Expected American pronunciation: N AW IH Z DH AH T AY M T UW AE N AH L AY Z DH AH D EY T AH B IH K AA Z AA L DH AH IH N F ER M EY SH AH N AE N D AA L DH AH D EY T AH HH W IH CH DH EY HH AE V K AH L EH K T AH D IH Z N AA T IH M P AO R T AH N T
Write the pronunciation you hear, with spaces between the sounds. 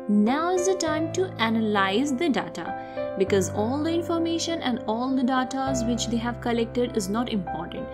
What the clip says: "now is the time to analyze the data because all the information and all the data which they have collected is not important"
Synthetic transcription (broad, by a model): N AW IH Z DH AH T AY M T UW AE N AH L AY Z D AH D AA T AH B IH K AA Z AA L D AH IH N F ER M EY SH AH N AE N D AA L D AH D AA T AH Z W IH CH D EY HH AE V K AH L EH K T AH D IH Z N AA T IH M P AO R T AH N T